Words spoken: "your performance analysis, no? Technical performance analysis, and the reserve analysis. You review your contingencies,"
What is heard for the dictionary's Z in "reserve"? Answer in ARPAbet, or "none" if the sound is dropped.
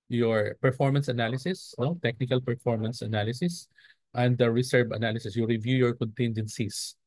S